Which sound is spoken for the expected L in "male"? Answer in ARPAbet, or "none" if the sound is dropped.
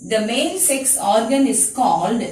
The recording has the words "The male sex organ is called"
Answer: N